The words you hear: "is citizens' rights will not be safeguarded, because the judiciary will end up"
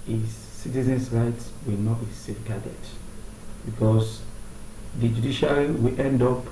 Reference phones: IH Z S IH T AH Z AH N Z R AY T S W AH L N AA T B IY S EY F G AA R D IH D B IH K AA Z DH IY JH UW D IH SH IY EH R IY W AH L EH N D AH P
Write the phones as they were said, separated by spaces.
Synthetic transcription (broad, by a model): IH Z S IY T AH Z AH N S R AY T S W AH L N AA T B IY S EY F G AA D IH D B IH K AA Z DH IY JH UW D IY SH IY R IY W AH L EH N D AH P